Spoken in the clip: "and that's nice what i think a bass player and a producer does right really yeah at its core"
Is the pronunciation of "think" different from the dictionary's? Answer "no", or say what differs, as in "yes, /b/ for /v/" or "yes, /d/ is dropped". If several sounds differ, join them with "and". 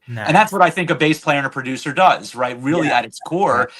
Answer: no